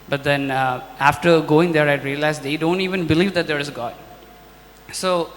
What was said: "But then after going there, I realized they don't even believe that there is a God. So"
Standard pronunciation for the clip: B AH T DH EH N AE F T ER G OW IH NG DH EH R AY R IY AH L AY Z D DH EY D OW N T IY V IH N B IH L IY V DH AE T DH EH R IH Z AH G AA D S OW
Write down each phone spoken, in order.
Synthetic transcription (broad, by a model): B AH T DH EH N AE F T ER G OW IH NG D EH R AY R IY AH L AY Z D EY D OW N T IY V IH N B IH L IY V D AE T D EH R IH Z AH G AA D S OW